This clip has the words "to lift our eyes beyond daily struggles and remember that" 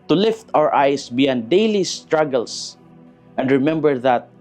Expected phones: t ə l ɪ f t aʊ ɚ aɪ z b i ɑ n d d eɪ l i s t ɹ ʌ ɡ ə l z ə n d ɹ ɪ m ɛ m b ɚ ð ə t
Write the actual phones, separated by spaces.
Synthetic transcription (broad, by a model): t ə l ɪ f t aʊ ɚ aɪ s b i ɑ n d d eɪ l i s t ɹ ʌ ɡ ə l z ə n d ɹ ɪ m ɛ m b ɚ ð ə t